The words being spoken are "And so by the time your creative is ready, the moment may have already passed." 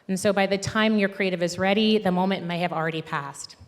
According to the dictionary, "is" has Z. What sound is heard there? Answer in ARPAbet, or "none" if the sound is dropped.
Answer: Z